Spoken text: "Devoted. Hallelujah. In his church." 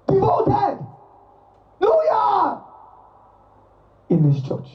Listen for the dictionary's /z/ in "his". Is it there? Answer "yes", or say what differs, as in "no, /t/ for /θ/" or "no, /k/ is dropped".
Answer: no, /s/ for /z/